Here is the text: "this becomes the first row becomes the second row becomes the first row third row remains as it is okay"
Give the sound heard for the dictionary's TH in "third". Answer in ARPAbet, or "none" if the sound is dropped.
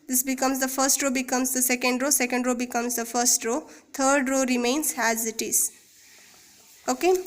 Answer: T